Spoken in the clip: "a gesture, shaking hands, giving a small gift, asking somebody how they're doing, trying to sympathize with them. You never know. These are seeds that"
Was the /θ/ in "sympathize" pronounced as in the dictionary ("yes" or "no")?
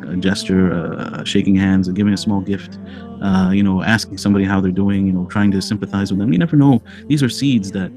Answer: yes